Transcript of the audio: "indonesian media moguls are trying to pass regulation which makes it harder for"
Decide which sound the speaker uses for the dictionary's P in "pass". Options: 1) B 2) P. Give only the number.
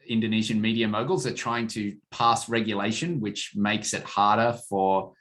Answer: 2